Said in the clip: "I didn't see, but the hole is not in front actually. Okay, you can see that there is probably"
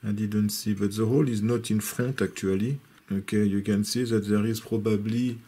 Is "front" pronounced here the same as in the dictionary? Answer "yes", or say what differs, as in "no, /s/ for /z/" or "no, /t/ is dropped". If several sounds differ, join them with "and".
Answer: no, /n/ is dropped